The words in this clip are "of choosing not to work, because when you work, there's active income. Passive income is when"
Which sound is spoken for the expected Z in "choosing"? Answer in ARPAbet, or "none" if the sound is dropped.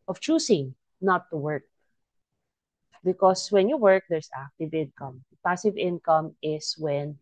S